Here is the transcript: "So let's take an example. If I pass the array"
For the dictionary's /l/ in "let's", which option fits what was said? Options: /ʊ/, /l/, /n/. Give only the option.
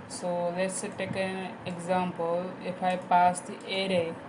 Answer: /l/